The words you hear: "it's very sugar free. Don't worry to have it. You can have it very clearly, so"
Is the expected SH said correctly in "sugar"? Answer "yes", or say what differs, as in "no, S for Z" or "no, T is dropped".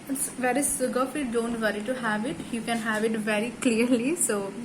no, S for SH